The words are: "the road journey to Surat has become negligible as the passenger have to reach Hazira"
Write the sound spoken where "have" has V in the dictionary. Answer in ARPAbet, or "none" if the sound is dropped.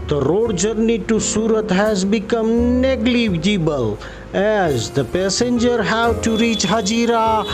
W